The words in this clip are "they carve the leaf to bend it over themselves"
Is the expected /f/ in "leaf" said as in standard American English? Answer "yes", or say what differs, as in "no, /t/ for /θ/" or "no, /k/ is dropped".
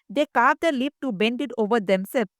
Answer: no, /p/ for /f/